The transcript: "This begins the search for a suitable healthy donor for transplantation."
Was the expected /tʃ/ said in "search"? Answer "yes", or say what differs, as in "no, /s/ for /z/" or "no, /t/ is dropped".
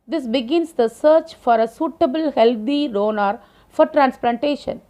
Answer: yes